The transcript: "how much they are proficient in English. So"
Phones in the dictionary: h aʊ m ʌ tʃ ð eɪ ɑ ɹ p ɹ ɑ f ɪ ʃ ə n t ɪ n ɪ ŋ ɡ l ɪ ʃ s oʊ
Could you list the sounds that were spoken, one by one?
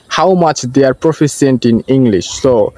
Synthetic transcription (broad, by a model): h aʊ m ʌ tʃ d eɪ ɑ ɹ p ɹ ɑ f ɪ s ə n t ɪ n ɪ ŋ ɡ l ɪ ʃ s oʊ